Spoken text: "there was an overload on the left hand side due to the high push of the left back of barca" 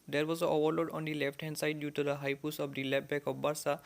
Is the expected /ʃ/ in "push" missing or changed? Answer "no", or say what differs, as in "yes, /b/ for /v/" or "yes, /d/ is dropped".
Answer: yes, /s/ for /ʃ/